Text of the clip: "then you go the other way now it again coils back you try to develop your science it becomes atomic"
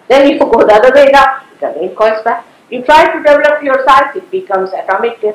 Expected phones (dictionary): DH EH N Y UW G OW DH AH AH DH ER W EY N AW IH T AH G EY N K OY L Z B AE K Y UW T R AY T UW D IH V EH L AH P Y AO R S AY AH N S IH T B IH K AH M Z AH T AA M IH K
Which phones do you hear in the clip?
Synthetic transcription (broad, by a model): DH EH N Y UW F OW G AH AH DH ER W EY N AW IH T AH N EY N K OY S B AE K Y UW T R AY T UW D IH V EH L AH P Y AO R S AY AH S IH T B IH K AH M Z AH T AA M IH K